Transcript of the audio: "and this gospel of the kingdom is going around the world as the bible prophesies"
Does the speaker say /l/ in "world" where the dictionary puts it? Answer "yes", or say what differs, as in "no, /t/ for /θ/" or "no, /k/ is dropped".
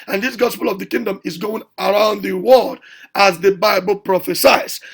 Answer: no, /l/ is dropped